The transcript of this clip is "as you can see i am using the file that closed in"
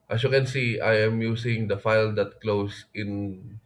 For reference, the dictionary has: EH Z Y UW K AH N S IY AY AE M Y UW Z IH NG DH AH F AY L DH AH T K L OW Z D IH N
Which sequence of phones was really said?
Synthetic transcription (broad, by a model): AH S Y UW K AH N S IY AY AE M Y UW S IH NG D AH F AY L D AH T K L OW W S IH N